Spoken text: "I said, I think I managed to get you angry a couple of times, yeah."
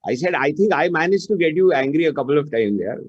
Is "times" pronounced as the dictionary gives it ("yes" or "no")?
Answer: no